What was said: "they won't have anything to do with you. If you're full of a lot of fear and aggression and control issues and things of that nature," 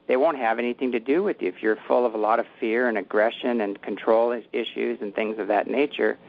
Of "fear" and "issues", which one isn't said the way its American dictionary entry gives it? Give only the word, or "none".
none